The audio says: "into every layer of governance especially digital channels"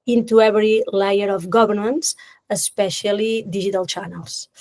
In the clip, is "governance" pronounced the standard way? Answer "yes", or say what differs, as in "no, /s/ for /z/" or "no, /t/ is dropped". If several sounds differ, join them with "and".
no, /b/ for /v/